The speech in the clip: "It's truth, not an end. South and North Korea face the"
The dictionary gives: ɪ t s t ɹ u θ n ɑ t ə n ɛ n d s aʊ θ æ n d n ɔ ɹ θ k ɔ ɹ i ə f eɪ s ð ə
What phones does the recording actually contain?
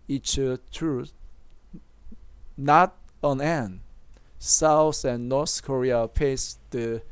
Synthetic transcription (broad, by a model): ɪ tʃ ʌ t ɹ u n ɑ t ə n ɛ n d s aʊ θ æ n n ɔ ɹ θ k ɔ ɹ i ə p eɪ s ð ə